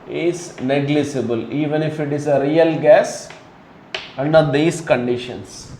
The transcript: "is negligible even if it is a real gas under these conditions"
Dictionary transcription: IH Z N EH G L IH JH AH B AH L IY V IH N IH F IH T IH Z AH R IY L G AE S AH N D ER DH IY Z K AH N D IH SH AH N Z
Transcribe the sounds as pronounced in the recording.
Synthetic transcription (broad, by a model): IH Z N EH G L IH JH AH B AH L IY V IH N IH F IH T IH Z AH R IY L G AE S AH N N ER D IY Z K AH N D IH SH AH N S